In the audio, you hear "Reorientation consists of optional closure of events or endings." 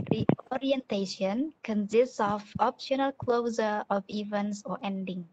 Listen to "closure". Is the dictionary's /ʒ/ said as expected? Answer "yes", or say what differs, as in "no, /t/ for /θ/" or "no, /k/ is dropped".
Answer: no, /z/ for /ʒ/